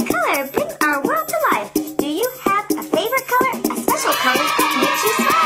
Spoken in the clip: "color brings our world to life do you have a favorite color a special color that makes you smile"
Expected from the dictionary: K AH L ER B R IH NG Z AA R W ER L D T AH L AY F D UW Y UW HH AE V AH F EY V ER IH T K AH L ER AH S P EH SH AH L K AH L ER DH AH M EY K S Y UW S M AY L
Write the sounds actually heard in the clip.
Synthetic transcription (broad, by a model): K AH L ER B R IH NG AA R W ER L D T AH L AY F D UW Y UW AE V AH F EY V ER IH T K AH L ER AH S P EH SH L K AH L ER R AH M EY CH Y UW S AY